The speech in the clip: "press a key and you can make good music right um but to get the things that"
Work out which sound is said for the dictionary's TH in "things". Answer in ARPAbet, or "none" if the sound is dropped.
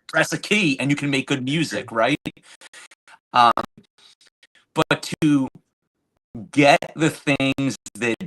TH